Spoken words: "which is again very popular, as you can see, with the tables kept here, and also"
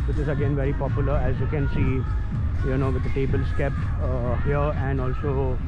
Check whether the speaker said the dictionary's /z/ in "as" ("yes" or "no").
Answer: yes